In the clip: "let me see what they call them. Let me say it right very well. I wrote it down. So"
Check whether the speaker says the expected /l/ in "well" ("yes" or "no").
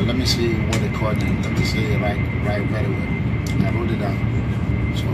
no